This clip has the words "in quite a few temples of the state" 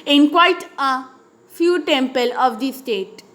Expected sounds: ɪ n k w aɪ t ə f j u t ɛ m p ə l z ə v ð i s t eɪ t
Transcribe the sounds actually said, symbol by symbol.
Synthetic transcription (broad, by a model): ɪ n k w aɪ t ə f j u t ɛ m p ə l ə v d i s t eɪ t